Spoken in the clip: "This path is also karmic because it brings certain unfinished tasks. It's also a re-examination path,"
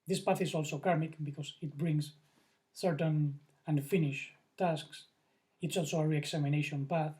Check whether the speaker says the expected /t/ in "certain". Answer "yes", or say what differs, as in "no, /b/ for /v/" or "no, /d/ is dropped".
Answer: yes